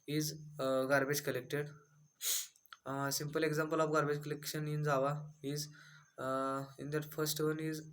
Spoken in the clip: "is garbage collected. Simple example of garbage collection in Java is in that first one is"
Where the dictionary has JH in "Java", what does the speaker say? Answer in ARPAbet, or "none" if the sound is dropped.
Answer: Z